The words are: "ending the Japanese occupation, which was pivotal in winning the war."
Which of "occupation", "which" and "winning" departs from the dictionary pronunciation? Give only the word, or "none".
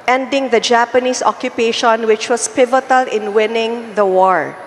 none